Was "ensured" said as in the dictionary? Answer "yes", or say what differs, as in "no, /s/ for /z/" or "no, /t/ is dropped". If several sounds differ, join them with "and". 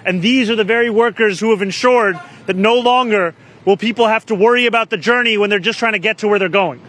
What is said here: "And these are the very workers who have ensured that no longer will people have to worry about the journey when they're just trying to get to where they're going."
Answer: yes